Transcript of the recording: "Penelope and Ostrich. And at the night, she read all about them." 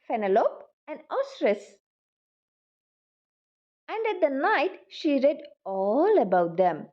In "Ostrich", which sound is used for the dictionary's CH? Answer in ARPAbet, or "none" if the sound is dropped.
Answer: S